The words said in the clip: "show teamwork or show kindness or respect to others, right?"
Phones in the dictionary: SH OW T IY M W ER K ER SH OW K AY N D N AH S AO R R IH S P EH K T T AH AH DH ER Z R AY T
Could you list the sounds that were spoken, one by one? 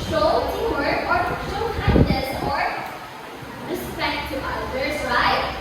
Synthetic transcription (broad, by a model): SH OW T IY W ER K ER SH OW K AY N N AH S AO R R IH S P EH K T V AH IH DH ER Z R AY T